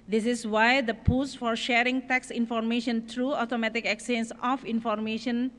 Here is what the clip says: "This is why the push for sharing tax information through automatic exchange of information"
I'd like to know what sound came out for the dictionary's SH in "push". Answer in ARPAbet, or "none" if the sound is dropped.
S